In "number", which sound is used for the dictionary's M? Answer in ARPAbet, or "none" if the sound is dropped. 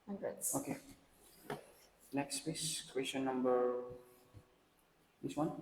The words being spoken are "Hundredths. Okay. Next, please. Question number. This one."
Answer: M